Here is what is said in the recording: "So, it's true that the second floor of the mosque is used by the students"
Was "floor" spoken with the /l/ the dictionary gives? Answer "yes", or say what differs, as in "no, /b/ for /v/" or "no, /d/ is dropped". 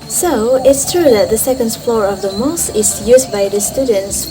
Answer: yes